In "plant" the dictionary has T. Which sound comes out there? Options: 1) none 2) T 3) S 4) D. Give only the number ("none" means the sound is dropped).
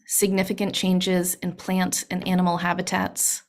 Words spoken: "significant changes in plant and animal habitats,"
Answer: 2